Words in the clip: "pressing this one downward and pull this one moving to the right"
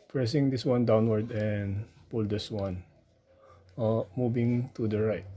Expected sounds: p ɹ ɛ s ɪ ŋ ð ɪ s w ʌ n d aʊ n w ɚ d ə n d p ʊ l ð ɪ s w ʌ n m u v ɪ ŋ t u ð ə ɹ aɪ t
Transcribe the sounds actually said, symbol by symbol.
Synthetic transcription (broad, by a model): p ɹ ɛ s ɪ ŋ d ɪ s w ʌ n d aʊ n w ɚ d ə n d p ʊ l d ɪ s w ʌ n m u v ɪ ŋ t u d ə ɹ aɪ t